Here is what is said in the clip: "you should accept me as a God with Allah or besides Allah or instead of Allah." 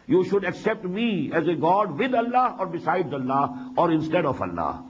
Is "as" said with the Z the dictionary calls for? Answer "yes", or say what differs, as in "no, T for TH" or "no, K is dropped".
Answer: yes